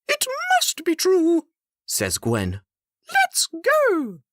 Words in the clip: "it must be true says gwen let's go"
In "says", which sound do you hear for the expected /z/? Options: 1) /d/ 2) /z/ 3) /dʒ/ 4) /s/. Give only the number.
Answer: 2